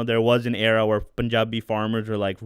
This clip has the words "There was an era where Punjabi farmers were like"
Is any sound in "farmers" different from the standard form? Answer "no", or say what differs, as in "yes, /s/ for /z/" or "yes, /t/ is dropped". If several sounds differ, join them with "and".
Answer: no